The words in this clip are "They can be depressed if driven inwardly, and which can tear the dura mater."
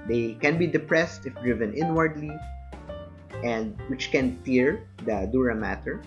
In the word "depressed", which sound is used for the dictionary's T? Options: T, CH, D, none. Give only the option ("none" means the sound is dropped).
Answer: T